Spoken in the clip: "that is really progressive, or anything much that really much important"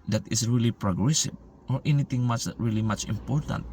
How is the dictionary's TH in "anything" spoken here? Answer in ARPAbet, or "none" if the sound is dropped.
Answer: T